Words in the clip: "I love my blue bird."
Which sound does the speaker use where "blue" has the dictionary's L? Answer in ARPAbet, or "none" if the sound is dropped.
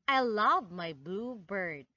L